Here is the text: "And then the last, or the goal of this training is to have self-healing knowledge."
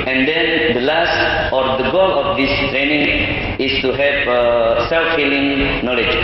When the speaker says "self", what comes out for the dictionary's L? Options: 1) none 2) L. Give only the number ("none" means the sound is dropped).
2